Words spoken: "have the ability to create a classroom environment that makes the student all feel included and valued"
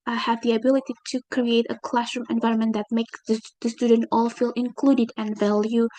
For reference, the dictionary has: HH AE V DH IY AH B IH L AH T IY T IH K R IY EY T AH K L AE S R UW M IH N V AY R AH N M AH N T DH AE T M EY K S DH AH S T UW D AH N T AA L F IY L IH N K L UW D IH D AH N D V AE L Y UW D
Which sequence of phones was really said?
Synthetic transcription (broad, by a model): HH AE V DH IY AH B IH L AH T IY T IH K R IY EY T AH K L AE S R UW M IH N V AY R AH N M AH N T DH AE T M EY K S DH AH S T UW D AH N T AA L F IY L IH N K L UW D IH D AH N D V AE L Y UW